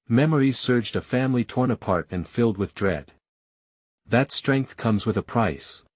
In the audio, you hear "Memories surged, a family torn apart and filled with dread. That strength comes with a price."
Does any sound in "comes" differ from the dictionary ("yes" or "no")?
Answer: no